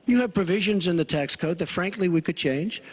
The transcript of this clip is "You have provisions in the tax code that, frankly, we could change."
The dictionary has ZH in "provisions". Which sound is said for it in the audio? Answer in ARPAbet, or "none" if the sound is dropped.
ZH